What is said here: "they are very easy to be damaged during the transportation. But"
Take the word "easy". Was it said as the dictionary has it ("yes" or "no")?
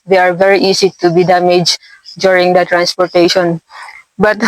no